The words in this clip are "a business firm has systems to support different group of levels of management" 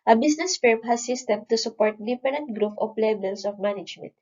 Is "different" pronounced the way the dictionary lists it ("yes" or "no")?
no